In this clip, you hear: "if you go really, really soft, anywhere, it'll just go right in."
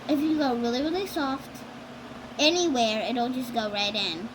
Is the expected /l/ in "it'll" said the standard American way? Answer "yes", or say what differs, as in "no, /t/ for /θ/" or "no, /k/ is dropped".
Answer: no, /n/ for /l/